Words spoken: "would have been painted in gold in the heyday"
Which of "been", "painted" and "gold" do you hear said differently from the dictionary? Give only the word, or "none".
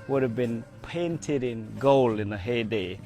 gold